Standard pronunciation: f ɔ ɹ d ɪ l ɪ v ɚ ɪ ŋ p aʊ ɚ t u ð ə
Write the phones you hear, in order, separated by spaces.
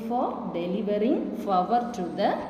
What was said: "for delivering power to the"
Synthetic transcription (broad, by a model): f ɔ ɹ d ɪ l ɪ v ɚ ɪ ŋ f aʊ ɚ t u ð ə